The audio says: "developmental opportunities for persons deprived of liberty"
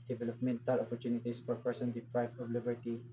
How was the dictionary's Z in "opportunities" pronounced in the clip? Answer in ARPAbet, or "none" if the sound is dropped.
S